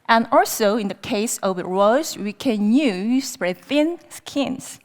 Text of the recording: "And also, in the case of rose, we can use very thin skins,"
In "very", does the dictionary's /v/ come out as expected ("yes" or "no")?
no